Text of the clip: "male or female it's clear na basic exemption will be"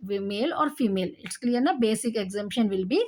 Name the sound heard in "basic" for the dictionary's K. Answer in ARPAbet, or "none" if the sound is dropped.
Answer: K